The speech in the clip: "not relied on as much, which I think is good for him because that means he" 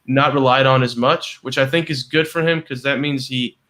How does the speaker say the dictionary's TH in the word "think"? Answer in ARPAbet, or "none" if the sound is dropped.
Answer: TH